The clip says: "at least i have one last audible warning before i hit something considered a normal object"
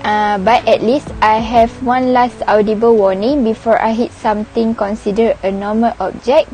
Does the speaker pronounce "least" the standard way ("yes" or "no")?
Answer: yes